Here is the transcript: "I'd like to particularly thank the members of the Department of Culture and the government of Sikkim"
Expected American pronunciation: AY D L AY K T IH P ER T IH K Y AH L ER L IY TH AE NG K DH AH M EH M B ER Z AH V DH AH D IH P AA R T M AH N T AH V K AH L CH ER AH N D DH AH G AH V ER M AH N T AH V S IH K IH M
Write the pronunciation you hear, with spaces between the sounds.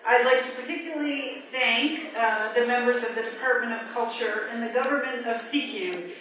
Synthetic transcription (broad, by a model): AY D L AY K T IH P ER T IH K Y L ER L IY TH AE NG K DH AH M EH M B ER Z AH V DH AH D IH P AA R T M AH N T AH V K AH L CH ER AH N DH AH G AH V ER M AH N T AH V S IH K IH